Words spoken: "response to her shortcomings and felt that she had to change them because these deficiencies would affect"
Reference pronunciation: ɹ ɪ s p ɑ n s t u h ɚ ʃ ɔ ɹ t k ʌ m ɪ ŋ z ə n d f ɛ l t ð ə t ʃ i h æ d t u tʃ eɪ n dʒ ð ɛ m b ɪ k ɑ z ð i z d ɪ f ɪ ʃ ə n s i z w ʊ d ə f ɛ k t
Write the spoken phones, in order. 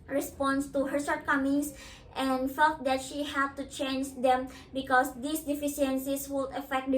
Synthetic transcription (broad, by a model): ɹ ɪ s p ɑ n s t u h ɚ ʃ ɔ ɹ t k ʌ m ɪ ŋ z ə n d f ɛ l t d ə t ʃ i h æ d t u tʃ eɪ n dʒ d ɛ m b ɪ k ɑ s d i s d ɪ f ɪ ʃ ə n s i s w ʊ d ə f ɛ k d